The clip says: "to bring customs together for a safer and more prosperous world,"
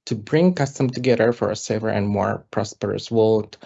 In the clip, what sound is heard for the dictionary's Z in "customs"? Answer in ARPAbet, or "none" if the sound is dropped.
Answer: none